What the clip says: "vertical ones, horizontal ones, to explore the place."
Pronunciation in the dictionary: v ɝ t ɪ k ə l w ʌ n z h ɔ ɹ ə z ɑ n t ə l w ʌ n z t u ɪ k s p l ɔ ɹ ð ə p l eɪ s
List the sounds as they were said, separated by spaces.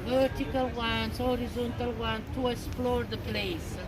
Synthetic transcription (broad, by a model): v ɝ t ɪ k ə l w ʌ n s h ɔ ɹ ə z ɑ n t ə l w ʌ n t u ɪ k s p l ɔ ɹ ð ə p l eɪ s